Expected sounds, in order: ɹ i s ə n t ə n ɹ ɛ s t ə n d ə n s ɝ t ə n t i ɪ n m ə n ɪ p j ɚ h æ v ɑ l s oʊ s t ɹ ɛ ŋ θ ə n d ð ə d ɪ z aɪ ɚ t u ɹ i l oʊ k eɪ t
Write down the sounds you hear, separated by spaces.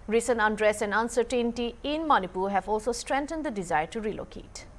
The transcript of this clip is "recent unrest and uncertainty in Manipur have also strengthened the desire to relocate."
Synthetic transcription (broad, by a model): ɹ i s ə n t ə n ɹ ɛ s ə n d ə n s ɝ t ə n t i ɪ n m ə n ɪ p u h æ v ɑ l s oʊ s t ɹ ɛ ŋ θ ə n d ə d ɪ z aɪ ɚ t u ɹ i l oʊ k eɪ t